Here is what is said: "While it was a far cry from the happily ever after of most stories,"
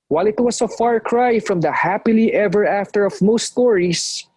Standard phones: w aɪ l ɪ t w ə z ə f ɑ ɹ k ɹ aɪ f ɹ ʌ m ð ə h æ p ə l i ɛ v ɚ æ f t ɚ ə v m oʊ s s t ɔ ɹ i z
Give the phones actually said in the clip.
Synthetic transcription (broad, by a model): w aɪ l ɪ t w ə s ə f ɑ ɹ k ɹ aɪ f ɹ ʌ m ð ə h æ p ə l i ɛ v ɚ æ f t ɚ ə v m oʊ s s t ɔ ɹ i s